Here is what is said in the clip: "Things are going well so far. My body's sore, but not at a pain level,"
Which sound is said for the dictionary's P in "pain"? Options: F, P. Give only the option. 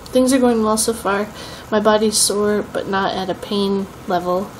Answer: P